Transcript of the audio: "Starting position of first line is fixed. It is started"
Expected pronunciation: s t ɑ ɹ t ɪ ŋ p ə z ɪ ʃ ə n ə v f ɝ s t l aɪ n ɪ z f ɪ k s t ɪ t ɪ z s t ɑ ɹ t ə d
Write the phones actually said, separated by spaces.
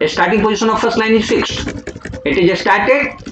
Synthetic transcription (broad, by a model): s t ɑ ɹ t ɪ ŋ p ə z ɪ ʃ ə n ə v f ɝ s t l aɪ n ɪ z f ɪ k s t ɪ t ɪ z s t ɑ ɹ t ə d